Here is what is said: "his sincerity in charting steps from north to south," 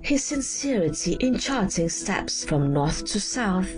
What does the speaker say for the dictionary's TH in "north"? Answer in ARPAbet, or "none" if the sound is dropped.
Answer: TH